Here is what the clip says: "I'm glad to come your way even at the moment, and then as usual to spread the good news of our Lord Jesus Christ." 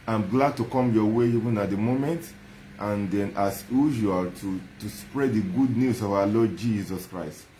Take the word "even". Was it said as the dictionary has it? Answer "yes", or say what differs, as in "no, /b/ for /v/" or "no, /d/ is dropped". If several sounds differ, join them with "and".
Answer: yes